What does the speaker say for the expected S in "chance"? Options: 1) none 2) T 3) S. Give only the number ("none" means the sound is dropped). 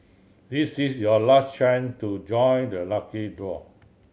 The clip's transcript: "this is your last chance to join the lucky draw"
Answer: 1